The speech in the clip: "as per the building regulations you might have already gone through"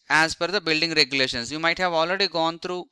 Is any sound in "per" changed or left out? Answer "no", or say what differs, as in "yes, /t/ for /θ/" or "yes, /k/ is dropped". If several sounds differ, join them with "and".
yes, /f/ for /p/